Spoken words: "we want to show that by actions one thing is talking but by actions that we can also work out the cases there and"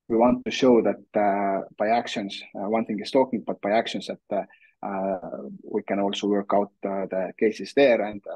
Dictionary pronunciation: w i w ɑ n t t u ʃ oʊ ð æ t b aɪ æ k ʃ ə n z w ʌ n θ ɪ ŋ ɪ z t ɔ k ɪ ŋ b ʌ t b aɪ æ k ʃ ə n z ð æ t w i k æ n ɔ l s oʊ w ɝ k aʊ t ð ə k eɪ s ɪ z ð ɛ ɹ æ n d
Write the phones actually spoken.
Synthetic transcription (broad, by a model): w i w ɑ n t t u ʃ oʊ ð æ t b aɪ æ k ʃ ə n s w ʌ n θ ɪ ŋ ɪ s t ɔ k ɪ ŋ b ʌ t b aɪ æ k ʃ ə n s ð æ t w i k æ n ɔ l s oʊ w ɝ k aʊ t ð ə k eɪ s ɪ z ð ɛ ɹ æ n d